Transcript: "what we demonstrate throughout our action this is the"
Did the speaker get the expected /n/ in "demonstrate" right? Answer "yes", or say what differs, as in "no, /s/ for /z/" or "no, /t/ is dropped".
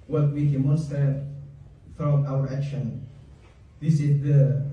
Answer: yes